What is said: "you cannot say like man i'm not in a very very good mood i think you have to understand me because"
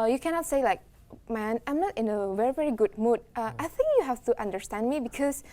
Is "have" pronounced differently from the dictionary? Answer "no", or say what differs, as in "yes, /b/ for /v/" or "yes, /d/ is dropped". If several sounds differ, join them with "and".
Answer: yes, /f/ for /v/